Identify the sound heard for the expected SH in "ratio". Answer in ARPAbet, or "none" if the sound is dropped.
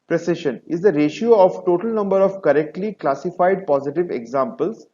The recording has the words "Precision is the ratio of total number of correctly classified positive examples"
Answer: SH